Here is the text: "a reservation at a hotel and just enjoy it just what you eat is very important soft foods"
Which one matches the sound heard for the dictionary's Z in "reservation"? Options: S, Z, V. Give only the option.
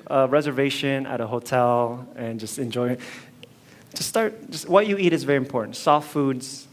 Z